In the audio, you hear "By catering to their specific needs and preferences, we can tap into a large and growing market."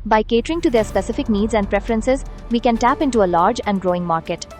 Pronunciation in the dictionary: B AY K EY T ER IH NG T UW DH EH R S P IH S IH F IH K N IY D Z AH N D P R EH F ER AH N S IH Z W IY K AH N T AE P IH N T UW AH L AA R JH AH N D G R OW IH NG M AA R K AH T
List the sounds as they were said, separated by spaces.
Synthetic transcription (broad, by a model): B AY K EY T ER IH NG T UW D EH R S P IH S IH F IH K N IY D Z AH N D P R EH F ER AH N S IH Z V IY K AH N T AE P IH N T UW AH L AA R JH AH N D G R OW IH NG M AA R K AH T